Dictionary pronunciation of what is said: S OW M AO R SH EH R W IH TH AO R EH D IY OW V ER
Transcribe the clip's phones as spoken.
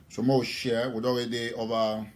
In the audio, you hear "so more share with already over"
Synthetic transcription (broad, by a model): S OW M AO W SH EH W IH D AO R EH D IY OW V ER